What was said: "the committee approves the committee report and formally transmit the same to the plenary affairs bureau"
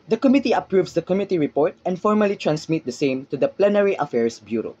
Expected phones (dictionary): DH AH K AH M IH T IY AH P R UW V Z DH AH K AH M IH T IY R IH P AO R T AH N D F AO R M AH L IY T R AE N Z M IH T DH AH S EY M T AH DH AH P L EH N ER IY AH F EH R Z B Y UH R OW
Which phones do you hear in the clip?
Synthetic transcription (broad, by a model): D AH K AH M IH T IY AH P R UW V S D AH K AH M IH T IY R IH P AO R T AH N D F AO R M AH L IY T R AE N S M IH T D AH S EY M T AH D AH P L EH N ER IY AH F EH R S B Y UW R OW